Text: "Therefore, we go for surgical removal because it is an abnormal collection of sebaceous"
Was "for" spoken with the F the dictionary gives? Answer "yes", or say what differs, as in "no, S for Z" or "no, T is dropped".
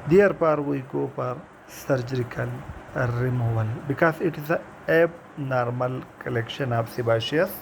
no, P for F